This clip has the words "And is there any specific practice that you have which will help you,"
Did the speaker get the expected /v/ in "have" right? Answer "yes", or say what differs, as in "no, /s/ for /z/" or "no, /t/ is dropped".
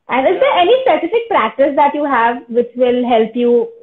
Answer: yes